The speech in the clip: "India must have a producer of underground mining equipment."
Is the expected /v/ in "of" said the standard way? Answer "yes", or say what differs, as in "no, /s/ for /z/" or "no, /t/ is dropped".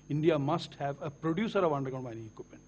yes